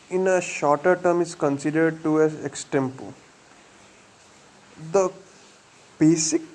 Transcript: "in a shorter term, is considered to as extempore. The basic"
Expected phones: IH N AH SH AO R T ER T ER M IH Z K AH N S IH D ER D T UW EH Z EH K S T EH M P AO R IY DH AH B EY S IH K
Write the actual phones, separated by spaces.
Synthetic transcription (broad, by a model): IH N AH SH AO R T ER T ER M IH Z K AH N S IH D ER D T UW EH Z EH K S T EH M P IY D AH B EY S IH K